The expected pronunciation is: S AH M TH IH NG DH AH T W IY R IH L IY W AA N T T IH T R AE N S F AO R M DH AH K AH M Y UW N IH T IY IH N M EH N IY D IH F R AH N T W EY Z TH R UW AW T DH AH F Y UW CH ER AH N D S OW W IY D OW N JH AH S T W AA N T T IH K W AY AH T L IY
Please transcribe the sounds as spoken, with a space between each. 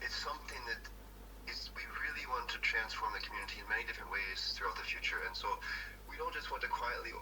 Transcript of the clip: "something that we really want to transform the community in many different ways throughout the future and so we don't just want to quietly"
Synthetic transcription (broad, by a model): S AH M TH IH NG DH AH T W IY R IH L IY W AA N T T IH T R AE N S F AO R M DH AH K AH M Y UW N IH T IY IH N M EH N IY D IH F R AH N T W EY Z TH R UW AW T DH AH F Y UW CH ER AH N S OW W IY D OW N JH AH S T W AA N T T IH K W AY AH T L IY